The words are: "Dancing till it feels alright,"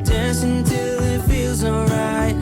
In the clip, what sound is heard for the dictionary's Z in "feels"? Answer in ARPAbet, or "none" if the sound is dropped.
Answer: Z